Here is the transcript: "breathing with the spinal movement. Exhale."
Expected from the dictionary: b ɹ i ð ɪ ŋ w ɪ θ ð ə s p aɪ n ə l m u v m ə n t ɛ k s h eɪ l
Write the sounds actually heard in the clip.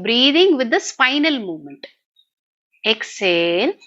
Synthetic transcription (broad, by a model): b ɹ i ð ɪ ŋ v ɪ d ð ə s f aɪ n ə l m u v m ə n t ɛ k s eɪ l